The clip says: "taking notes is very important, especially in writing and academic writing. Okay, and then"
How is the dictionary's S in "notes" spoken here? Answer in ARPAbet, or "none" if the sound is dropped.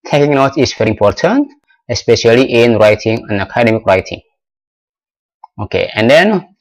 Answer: none